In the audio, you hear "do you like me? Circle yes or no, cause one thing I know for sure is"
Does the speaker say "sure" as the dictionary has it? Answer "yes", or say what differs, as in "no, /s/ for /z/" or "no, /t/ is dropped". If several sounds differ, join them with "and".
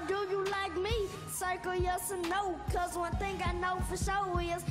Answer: no, /w/ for /ɹ/